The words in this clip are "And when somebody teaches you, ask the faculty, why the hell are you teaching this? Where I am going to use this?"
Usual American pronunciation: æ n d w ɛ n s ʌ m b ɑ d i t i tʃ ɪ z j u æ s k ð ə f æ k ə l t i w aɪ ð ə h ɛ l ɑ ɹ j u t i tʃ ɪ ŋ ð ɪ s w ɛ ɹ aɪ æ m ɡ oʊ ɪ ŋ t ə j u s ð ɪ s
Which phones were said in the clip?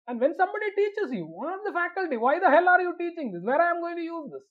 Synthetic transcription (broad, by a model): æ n d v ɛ n s ʌ m b ɑ d i t i tʃ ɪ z j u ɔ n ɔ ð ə f æ k ə l t i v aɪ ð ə h ɛ l ɑ ɹ j u t i tʃ ɪ ŋ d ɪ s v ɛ ɹ aɪ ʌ m ɡ oʊ ɪ ŋ t ə j u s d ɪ s